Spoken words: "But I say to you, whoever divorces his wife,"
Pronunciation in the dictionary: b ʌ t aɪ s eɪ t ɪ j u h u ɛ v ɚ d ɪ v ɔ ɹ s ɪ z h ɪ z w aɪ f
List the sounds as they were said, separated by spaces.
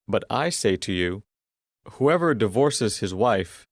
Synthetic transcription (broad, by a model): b ʌ t aɪ s eɪ t ɪ j u h u ɛ v ɚ d ɪ v ɔ ɹ s ɪ z h ɪ z w aɪ f